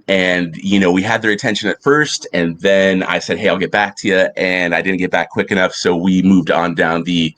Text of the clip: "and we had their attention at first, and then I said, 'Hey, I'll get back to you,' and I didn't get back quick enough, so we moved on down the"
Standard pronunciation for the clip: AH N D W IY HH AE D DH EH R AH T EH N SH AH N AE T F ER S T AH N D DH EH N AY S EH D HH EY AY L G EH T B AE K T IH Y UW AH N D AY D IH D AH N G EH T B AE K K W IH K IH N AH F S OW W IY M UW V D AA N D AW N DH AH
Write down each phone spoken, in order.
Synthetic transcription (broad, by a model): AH N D W IY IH D DH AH R AH T EH N SH AH N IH T F ER S T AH N DH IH N AY S EH D HH EY AY L G EH T B AE K T IH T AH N AY D IH D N G EH T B AE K K W IH K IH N AH F S OW W IY M UW V D N D AW N DH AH